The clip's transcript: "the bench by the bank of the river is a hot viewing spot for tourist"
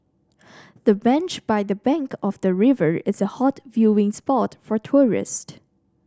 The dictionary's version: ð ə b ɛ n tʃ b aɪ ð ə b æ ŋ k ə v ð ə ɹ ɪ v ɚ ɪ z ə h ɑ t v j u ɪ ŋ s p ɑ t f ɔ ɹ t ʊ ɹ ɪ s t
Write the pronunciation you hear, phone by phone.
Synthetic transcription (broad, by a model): ð ə b ɛ n tʃ b aɪ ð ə b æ ŋ k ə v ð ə ɹ ɪ v ɚ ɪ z ə h ɑ t v j u ɪ ŋ s p ɑ t f ɔ ɹ t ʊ ɹ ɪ s t